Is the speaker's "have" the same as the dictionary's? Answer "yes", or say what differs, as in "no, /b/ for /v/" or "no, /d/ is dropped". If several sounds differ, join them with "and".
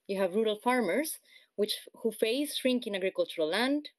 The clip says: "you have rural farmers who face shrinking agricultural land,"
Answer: yes